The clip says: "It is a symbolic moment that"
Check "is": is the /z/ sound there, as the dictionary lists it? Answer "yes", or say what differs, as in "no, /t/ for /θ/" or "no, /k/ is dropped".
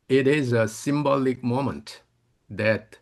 yes